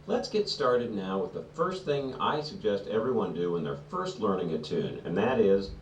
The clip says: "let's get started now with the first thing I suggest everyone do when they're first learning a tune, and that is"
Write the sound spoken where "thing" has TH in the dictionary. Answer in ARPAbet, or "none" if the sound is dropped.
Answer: TH